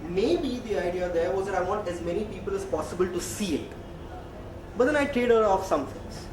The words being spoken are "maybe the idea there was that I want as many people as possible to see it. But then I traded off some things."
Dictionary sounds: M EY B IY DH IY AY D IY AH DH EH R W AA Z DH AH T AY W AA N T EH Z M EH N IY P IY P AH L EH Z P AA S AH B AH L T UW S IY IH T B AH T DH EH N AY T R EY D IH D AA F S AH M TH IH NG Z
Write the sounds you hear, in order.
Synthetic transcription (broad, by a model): M EY B IY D IY AY D IY AH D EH R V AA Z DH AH T AY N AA T EH Z M EH N IY P IY P AH L EH Z P AA S AH B AH L T UW S IY IH T B AH T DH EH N AY T R EY D IH D AA F S AH M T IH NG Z